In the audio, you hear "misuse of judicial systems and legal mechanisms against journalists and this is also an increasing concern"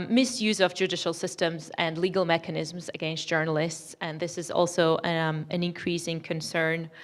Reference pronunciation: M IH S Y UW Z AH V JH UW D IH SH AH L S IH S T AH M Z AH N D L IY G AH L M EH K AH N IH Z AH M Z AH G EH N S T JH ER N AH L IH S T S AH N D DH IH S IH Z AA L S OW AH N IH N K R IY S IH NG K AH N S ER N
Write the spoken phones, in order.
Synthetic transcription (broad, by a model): M IH S Y UW Z AH V JH UW D IH SH AH L S IH S T AH M Z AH N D L IY G AH L M EH K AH N IH Z M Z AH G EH N S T JH ER N AH L IH S T S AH N DH IH S IH Z AA L S OW AH N IH N K R IY S IH NG K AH N S ER N